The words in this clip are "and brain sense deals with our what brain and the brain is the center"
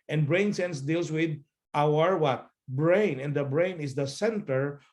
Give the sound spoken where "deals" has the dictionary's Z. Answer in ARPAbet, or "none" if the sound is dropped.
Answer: S